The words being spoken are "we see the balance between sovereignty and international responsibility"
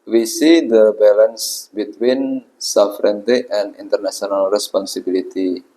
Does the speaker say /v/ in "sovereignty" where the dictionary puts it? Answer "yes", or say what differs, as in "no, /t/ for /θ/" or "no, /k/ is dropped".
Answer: no, /f/ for /v/